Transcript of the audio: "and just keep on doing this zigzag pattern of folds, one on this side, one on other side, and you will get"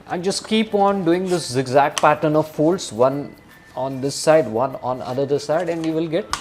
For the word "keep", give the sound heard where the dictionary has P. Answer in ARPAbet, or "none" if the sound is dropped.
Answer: P